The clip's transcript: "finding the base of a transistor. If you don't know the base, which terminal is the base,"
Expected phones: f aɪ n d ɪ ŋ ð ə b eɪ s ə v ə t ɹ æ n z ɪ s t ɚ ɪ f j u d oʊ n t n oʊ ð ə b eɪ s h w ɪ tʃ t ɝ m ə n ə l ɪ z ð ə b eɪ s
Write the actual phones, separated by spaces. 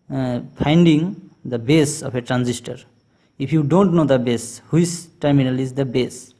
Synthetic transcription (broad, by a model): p aɪ n d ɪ ŋ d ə b eɪ s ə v ə t ɹ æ n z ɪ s t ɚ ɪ p j u d oʊ n t n oʊ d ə b eɪ s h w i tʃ t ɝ m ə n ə l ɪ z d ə b eɪ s